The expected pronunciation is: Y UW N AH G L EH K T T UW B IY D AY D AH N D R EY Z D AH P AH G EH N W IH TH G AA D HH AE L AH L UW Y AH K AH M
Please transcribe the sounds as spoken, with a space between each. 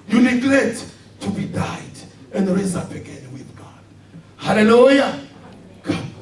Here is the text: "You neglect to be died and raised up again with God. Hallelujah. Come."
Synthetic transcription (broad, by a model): Y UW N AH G L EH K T T UW B IY D AY D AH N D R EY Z AA B AH G EH N W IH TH G AA D HH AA L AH L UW Y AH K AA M